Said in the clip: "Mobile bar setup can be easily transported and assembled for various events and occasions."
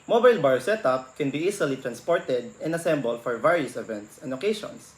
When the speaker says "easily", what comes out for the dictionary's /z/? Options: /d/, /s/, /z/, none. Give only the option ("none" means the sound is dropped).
/s/